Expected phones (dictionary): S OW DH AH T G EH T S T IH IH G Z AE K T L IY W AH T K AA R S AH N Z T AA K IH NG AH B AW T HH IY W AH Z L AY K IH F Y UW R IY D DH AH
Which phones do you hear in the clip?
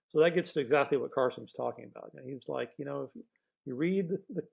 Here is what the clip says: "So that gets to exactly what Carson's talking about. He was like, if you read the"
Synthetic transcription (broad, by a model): S OW DH AH T G EH T S T IH IH G Z AE K T L IY W AH T K AA R S AH N Z T AA K IH NG AH B AW T HH IY W AH Z L AY K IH F Y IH R IY D DH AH